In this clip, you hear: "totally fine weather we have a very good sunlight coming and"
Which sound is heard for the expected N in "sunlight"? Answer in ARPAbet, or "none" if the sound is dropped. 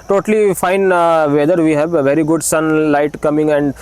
N